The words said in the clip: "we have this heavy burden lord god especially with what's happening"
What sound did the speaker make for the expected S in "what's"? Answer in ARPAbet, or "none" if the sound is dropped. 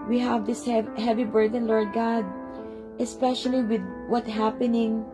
none